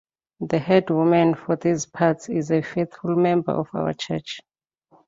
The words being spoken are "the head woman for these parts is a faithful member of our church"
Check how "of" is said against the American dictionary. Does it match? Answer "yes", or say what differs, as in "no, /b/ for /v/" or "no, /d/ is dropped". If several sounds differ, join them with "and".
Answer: no, /f/ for /v/